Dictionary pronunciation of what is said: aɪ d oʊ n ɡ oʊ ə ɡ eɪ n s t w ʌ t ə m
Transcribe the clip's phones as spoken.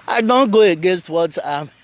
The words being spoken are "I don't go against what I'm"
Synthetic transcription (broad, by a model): aɪ d oʊ n ɡ oʊ ə ɡ eɪ n s t w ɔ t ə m